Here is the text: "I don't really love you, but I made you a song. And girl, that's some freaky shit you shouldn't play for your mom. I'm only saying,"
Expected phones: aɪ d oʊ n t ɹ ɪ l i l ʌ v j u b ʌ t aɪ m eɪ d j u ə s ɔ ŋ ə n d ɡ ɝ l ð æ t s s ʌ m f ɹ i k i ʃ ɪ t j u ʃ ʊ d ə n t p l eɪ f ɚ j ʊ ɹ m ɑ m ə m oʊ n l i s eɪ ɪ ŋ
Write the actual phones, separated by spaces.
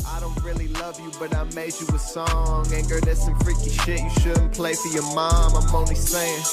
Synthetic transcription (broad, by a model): aɪ d oʊ n t ɹ ɪ l i l ʌ v j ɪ b ʌ t aɪ m eɪ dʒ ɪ ə s ɔ ŋ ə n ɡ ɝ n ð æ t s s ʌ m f ɹ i k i ʃ ɪ t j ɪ ʃ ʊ d n p l eɪ f ɚ j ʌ ɹ m ɑ m ə m oʊ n i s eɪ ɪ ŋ